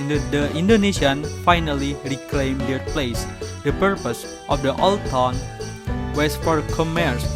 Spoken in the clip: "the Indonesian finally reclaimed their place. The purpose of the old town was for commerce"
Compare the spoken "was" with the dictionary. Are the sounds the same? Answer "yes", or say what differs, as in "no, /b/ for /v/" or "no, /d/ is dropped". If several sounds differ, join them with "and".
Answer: no, /s/ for /z/